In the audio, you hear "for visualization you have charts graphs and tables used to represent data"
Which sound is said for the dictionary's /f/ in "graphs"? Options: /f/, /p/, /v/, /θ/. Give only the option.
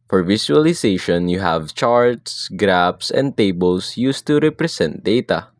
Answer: /p/